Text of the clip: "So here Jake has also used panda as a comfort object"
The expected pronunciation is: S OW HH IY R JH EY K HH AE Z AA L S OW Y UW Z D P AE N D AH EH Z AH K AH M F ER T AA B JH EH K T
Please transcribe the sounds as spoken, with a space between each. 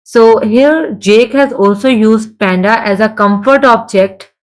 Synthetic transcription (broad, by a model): S OW HH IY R JH EY K HH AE Z AA L S OW Y UW Z D P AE N D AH EH Z AH K AH M F ER T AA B JH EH K T